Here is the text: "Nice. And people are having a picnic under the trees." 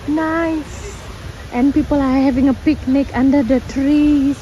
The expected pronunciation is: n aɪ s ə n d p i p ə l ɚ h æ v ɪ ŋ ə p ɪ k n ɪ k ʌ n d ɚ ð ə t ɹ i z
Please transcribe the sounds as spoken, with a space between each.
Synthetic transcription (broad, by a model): n aɪ s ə n p i p ə l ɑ h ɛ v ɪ ŋ ə p ɪ k n ɪ k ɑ n d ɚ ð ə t ɹ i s